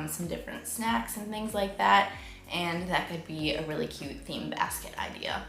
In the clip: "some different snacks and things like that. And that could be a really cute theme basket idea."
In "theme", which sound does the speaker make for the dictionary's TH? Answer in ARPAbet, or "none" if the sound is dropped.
TH